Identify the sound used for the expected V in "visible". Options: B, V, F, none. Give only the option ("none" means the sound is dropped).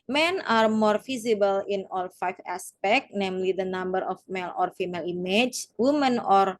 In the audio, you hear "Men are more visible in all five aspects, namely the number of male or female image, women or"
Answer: F